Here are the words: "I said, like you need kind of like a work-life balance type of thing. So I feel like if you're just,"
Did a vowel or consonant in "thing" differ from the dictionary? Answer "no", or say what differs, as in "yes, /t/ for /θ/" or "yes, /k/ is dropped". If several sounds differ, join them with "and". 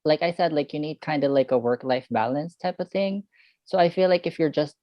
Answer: no